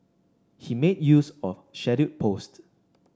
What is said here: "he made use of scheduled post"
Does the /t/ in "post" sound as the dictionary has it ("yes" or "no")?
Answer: yes